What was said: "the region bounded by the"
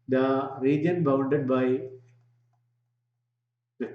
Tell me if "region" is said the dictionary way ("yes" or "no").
yes